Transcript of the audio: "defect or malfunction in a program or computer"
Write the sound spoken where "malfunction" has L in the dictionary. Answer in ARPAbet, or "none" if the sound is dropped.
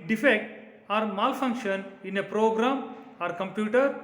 L